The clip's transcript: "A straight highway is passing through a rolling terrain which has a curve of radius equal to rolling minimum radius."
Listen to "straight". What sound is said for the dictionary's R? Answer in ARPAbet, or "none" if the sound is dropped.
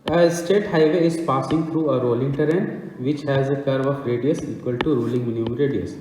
none